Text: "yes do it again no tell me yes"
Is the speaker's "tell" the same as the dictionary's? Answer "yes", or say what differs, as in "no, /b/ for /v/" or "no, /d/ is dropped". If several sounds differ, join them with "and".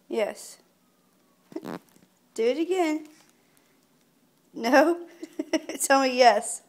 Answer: no, /n/ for /l/